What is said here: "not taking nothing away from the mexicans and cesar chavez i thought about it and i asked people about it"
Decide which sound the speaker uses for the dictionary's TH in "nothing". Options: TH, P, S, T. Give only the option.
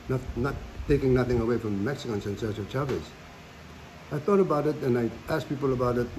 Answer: TH